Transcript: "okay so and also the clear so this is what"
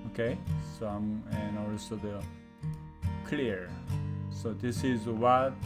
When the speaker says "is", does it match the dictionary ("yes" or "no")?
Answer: yes